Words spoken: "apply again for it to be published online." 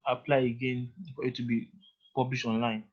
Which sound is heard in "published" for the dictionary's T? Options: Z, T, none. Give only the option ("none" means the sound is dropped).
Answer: none